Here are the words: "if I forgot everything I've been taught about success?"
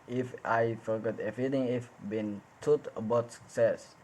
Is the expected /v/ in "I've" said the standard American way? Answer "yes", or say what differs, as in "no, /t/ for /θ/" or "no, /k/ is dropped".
no, /f/ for /v/